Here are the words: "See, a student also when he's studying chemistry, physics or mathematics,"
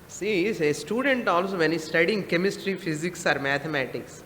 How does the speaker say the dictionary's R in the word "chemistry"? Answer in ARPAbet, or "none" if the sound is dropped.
R